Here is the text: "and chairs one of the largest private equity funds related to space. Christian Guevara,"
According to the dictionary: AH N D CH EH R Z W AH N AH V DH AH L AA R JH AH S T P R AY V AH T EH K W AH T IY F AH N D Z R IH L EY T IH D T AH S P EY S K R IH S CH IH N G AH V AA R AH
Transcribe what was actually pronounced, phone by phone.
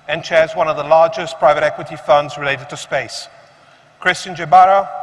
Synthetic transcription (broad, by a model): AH N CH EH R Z W AH N AH V DH AH L AA R JH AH S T P R AY V AH T EH K W AH T IY F AH N D Z R IH L EY T IH D T AH S P EY S K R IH S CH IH N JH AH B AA R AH